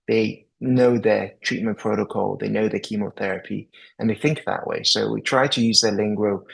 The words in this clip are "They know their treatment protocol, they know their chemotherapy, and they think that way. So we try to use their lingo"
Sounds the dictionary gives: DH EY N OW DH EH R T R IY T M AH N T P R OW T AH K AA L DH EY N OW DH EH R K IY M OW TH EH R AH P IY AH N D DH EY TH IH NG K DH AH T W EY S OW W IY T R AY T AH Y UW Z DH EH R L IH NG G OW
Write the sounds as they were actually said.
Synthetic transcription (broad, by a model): DH EY N OW DH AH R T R IY T M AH N P R OW T AH K AA L DH EY N OW DH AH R K IY M OW TH EH R AH P IY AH N DH EY TH IH NG K DH AH T W EY S OW W IY T R AY T AH Y UW Z DH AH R L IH NG G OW